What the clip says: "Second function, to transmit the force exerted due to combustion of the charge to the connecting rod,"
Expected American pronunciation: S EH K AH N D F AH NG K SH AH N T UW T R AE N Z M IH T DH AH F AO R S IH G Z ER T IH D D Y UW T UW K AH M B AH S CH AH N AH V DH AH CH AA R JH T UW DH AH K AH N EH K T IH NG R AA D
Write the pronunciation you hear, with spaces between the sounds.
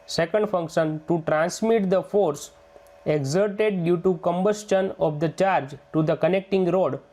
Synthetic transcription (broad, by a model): S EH K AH N D F AH NG K SH AH N T UW T R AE N S M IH T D AH F AO R S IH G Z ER T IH D D Y UW T UW K AH M B AH S CH AH N AH V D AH CH AA R JH T UW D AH K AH N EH K T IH NG R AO D